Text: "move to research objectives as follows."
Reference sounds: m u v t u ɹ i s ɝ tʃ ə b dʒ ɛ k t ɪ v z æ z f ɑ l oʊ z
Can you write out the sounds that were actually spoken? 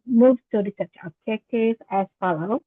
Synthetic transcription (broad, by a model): m u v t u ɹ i s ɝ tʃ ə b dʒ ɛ k t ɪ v æ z f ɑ l oʊ